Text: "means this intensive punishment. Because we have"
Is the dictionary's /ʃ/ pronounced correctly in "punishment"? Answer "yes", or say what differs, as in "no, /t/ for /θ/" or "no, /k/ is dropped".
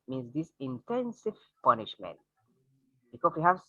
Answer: yes